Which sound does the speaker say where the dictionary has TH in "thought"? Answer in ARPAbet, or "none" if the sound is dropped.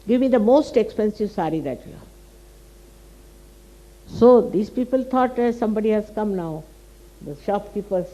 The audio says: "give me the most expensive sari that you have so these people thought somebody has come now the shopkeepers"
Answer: T